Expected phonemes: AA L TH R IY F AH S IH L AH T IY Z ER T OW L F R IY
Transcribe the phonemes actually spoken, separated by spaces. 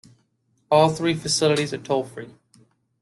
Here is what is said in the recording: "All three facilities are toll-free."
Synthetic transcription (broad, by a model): AA L TH R IY F AH S IH L AH T IY Z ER T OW L F R IY